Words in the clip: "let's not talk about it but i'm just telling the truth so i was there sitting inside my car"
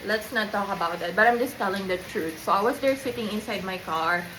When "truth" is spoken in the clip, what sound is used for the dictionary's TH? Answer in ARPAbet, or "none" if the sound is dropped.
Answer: T